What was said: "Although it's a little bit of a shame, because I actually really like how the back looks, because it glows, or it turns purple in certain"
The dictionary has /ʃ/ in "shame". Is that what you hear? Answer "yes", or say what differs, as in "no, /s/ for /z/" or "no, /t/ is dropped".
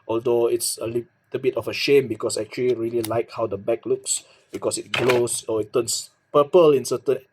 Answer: yes